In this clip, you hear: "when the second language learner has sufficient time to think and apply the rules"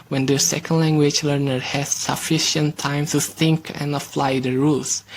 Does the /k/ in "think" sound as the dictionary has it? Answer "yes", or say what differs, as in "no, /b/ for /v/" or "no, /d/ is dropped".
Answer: yes